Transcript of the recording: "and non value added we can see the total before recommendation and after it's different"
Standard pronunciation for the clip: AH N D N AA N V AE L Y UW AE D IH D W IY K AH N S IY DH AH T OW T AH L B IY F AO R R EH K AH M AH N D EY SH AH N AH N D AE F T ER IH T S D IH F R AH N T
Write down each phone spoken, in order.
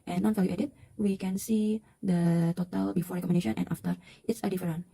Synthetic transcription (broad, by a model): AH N N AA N F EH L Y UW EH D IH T W IY K AH N S IY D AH T OW T AH L B IY F AO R R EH K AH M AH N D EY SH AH N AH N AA F T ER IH T S D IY F R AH N